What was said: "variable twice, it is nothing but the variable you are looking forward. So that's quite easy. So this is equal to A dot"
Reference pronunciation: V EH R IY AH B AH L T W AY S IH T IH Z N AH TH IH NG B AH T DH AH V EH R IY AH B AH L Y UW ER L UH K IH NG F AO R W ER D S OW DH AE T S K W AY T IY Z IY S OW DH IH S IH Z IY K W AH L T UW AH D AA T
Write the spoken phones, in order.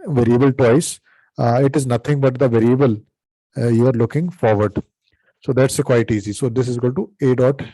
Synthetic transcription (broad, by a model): V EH R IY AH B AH L T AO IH S IH T IH Z N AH T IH NG B AH T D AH V EH R IY AH B AH L Y UW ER L UH K IH NG F AO R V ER D S OW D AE T S K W AY T IY Z IY S OW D IH S IH Z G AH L T UW AH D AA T